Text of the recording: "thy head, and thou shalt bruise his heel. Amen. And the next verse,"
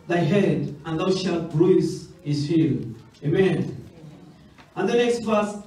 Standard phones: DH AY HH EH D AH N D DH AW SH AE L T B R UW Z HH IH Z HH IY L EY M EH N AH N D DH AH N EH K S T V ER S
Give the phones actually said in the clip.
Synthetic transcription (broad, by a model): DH AY HH EH D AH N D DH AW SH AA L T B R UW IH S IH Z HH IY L EY M EH N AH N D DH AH N EH K S T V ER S